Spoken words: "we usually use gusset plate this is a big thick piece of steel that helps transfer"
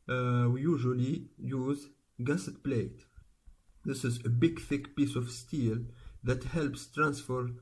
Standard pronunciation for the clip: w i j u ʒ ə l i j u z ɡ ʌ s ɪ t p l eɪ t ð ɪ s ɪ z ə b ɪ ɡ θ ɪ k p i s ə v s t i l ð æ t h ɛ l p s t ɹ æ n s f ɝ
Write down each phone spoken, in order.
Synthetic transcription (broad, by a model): w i j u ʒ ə l i j u z ɡ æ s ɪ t p l eɪ t ð ɪ s ɪ z ə b ɪ ɡ θ ɪ k p i s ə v s t i l ð æ t h ɛ l p s t ɹ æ n s f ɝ